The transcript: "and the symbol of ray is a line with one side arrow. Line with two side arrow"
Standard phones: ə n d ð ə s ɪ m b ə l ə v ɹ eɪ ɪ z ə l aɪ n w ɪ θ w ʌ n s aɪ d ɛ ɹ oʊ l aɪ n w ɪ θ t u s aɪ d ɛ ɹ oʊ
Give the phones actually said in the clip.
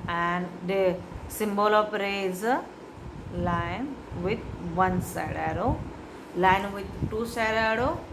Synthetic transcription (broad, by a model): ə n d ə s ɪ m b ə l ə p ɹ eɪ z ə l aɪ n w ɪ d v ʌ n s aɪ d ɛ ɹ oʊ l aɪ n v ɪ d t u s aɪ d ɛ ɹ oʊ